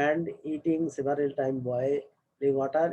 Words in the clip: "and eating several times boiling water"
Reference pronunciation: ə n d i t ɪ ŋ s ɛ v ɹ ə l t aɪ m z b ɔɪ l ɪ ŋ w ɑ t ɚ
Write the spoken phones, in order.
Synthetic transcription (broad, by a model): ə n d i t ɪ ŋ s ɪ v ɹ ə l t aɪ m b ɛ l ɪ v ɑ t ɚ